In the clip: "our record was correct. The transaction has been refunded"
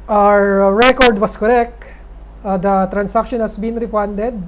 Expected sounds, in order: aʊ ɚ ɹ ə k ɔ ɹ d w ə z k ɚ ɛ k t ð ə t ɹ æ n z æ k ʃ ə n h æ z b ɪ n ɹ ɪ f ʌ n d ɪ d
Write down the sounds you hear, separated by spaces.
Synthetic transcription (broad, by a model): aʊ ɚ ɹ ə k ɔ ɹ d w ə s k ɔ ɛ k t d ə t ɹ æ n s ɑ k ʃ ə n h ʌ s b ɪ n ɹ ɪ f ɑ n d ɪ d